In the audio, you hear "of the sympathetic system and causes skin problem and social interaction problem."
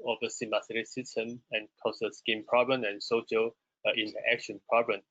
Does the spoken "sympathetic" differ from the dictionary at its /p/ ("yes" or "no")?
yes